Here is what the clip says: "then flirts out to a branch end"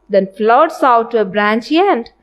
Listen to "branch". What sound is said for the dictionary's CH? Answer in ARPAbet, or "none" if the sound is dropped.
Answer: CH